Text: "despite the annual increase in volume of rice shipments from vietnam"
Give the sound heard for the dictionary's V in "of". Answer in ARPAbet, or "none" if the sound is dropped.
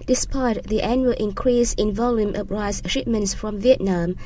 P